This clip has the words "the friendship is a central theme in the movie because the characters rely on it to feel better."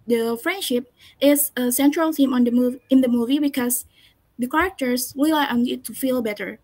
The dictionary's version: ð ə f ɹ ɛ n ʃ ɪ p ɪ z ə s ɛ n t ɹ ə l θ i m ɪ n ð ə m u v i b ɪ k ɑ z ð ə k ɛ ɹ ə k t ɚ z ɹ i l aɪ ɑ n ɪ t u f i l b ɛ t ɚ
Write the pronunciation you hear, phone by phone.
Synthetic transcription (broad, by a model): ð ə f ɹ ɛ n ʃ ɪ p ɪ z ə s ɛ n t ɹ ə l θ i m ɪ n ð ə m u v i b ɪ k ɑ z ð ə k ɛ ɹ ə k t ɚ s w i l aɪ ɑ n ɪ t u f i l b ɛ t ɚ